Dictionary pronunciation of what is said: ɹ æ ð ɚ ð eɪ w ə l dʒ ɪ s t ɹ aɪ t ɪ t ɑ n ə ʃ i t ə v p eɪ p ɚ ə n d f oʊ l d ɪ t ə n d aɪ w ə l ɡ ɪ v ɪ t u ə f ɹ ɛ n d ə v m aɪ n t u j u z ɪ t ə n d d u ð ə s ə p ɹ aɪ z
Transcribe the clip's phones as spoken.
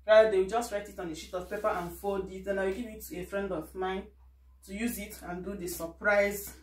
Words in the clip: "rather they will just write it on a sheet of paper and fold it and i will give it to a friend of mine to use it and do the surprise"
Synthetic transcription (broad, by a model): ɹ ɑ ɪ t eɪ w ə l dʒ ɪ s t ɹ aɪ t ɪ t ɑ n ə ʃ i t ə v p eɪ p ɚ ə n f oʊ l d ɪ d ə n aɪ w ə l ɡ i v ɪ t u ə f ɹ ɛ n d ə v m aɪ n t u j u z ɪ t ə n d d u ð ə s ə p ɹ aɪ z